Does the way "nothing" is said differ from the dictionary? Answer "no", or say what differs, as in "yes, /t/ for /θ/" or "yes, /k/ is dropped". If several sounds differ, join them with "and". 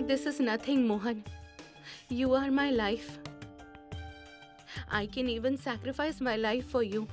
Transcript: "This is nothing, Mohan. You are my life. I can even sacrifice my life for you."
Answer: yes, /t/ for /θ/